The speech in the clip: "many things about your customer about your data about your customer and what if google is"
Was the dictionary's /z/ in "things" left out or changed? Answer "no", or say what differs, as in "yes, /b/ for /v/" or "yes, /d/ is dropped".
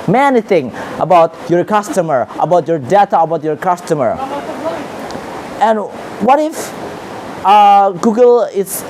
yes, /z/ is dropped